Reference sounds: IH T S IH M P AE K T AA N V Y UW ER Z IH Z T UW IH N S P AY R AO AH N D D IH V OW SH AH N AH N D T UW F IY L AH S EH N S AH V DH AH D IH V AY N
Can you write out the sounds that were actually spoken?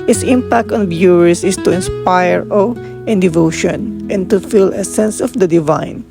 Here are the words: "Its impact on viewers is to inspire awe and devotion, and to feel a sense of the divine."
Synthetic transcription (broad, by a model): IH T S IH M P AE K T AA N B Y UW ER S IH S T UW IH N S P AY R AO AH N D D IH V OW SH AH N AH N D T UW F IY L AH S EH N S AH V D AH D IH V AY N